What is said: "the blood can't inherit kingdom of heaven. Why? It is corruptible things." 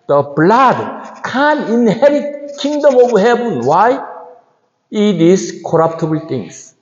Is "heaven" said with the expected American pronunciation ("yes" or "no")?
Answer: no